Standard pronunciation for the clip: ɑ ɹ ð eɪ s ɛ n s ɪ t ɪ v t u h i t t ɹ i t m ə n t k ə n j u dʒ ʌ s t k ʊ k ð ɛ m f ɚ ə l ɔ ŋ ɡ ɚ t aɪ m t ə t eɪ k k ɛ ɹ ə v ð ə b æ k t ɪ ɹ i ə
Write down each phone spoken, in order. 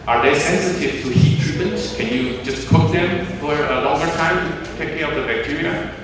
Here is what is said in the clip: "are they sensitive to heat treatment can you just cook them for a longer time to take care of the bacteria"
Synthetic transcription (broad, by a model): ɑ ɹ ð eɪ s ɛ n s ɪ t ɪ v t u h i t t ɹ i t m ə n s k ə n j u dʒ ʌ s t k ʊ k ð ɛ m f ɚ ə l ɔ ŋ ɡ ɚ t aɪ m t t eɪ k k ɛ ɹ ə p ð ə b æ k t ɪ ɹ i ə